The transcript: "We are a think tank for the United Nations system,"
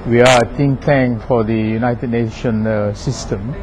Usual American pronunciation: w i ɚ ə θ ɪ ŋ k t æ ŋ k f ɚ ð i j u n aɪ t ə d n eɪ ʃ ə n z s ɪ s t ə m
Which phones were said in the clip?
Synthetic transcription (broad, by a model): w i ə t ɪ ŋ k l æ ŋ f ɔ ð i j u n aɪ t ə d n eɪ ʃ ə n s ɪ s t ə m